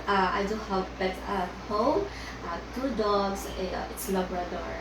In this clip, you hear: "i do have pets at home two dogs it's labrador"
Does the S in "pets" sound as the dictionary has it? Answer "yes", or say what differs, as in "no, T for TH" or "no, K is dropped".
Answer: no, S is dropped